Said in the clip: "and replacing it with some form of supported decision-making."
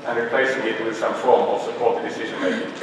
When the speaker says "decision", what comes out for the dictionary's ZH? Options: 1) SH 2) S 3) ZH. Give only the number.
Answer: 3